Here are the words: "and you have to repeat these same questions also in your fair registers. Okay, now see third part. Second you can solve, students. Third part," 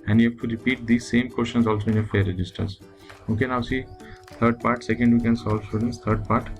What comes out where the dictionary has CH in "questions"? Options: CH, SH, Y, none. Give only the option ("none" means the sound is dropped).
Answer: SH